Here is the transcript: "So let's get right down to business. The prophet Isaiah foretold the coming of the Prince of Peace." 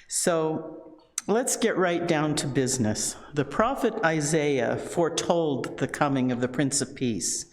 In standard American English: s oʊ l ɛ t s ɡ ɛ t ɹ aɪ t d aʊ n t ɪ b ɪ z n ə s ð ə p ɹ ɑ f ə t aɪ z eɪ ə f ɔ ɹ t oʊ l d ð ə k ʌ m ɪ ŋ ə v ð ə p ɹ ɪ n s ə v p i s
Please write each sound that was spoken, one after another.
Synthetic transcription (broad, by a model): s oʊ l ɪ t s ɡ ɛ t ɹ aɪ t d aʊ n t ɪ b ɪ z n ə s ð ə p ɹ ɑ f ə t aɪ z eɪ ə f ɔ ɹ t oʊ l d ð ə k ʌ m ɪ ŋ ə v ð ə p ɹ ɪ n s ə v p i s